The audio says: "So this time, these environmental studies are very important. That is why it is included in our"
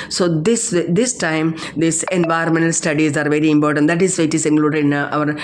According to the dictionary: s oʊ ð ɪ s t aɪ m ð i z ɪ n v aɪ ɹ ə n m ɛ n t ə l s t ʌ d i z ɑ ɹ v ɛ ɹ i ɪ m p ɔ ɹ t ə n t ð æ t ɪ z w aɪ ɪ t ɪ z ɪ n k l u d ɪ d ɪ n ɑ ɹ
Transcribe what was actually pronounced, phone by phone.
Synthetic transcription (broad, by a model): s oʊ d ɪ s t aɪ m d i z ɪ n v aɪ ə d m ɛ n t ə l s t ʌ d i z ɑ ɹ v ɛ ɹ i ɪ m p ɔ ɹ t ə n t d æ t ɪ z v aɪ ɪ t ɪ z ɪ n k l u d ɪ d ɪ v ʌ ɹ